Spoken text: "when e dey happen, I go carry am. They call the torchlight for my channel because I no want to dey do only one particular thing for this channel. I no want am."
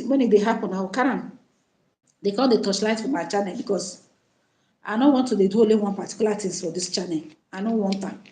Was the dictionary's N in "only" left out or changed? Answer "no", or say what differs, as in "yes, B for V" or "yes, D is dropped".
yes, N is dropped